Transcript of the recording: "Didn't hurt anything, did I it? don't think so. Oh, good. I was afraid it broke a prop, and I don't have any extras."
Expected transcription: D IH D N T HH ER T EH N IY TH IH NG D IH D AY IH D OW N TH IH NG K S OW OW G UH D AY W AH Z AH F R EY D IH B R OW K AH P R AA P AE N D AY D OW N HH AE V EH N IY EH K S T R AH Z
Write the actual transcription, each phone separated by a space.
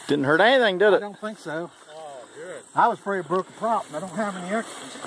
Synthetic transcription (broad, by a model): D IH D N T HH ER T EH N IY TH IH NG D IH D IH D OW N TH IH NG K S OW OW UH AY W AH Z AH F R EY D IH B R OW K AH P R AA P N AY D OW N HH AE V EH N IY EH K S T